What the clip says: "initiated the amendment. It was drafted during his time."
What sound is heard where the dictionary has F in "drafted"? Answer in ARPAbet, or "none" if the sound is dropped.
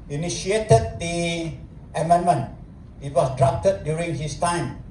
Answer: P